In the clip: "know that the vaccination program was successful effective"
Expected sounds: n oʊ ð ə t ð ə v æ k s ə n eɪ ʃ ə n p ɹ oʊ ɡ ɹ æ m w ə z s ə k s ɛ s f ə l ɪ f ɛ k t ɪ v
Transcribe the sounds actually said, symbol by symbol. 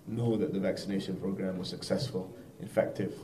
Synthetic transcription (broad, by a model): n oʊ ð ə t ð ə v æ k s ə n eɪ ʃ ə n p ɹ oʊ ɡ ɹ æ m w ə z s ə k s ɛ s f ə l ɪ f ɛ k t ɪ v